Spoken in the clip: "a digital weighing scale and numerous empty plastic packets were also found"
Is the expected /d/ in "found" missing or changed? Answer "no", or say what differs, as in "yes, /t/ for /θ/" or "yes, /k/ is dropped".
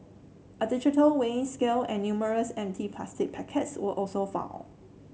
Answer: yes, /d/ is dropped